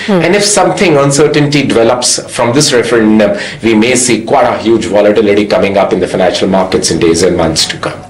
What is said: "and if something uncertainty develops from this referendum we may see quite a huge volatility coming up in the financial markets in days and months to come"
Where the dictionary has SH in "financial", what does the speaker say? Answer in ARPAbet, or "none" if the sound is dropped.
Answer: SH